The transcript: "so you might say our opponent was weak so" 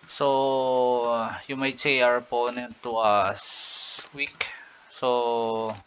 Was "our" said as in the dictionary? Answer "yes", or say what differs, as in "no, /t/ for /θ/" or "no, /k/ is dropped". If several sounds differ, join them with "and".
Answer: yes